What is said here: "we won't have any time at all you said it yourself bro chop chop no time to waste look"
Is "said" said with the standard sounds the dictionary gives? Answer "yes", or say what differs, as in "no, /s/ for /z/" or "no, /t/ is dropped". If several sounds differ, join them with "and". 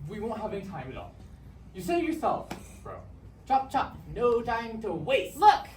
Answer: no, /d/ is dropped